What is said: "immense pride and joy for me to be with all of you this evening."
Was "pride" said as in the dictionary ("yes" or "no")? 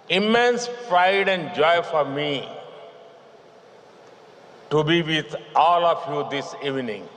no